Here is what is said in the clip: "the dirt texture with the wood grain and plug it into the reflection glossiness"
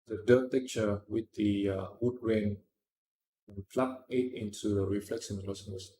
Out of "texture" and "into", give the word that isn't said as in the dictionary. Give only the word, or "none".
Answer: texture